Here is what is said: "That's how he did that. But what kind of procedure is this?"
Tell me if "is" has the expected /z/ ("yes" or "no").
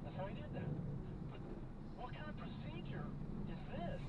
yes